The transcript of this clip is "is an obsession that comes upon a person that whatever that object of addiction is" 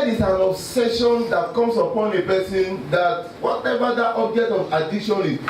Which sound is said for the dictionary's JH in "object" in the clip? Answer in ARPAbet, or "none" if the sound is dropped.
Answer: JH